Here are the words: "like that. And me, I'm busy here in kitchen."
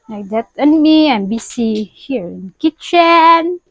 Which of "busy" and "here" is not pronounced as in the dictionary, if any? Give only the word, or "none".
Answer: busy